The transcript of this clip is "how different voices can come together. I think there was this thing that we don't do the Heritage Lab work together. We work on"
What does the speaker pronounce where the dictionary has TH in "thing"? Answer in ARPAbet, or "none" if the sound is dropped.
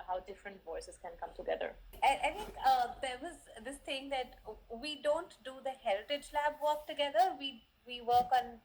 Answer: T